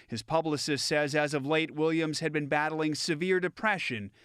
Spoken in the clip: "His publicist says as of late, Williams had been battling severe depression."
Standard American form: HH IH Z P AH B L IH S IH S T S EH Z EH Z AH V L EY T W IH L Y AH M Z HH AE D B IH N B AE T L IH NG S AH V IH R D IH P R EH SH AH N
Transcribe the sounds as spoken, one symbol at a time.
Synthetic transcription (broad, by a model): HH IH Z P AH B L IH S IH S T S EH Z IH Z AH V L EY T W IH L Y AH M Z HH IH D B IH N B AE T L IH NG S AH V IH R D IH P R EH SH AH N